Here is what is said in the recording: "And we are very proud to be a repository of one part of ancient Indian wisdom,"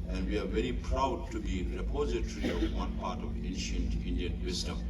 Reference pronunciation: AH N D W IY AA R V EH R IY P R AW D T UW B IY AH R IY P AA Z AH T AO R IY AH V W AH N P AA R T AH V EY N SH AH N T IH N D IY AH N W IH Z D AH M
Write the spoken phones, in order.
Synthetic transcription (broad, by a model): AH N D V IY AA R V EH R IY P R AW D T UW B IY R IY P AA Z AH T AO R IY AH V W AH N P AA R T AH V EY N SH AH N T IH N D IY AH N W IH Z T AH M